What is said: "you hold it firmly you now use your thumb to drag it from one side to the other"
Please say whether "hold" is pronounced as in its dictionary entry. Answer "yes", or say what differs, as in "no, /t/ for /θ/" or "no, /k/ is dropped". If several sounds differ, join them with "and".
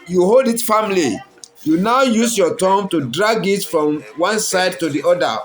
yes